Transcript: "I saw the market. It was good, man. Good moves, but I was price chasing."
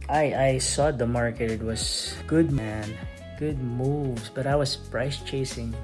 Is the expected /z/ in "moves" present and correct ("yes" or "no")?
no